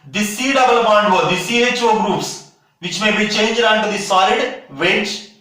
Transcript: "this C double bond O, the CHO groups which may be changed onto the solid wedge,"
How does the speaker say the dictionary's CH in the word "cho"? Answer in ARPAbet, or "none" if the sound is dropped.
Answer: CH